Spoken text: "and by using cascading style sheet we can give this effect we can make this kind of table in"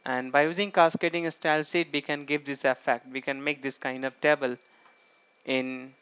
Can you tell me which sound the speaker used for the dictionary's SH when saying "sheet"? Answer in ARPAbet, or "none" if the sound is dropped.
S